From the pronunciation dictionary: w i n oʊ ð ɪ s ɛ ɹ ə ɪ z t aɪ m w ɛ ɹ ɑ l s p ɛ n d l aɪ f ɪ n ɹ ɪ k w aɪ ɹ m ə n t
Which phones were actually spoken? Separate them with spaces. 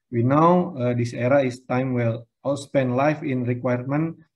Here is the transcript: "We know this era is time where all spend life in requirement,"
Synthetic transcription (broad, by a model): w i n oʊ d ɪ s ɛ ɹ ə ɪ s t aɪ m w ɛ l ɑ l s p ɛ n d l aɪ f ɪ n ɹ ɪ k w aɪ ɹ m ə n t